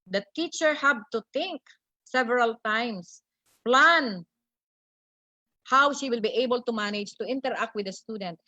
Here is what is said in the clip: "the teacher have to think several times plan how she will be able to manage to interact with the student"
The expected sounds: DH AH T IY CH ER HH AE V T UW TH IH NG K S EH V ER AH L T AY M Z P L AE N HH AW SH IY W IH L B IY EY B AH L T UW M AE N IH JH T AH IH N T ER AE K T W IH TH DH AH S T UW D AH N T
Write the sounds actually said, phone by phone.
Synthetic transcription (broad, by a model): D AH T IY CH ER HH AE B T UW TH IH NG K S EH V ER AH L T AY M S P L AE N HH AW SH IY W IH L B IY EY B AH L T UW M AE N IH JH T AH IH N T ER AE K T W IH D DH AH S T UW D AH N T